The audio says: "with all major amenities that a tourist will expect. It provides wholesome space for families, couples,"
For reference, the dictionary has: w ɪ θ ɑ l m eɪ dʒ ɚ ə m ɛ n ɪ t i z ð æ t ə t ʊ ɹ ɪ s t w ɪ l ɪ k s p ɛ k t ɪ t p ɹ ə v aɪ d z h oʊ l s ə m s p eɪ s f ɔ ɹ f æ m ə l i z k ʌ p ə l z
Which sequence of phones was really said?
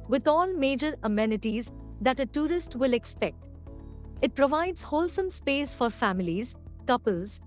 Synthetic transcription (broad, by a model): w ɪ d ɑ l m eɪ dʒ ɚ ə m ɛ n ɪ t i z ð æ t ə t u ɹ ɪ s t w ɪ l ɪ k s p ɛ k t ɪ t p ɹ ə v aɪ d z h oʊ l s ə m s p eɪ s f ɔ ɹ f æ m ə l i z k ʌ p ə l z